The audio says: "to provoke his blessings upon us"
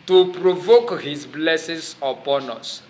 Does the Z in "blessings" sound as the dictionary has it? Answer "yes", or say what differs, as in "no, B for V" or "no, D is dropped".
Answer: no, S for Z